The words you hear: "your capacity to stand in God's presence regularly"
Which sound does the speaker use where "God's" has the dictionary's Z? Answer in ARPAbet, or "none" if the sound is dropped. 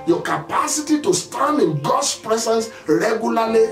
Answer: S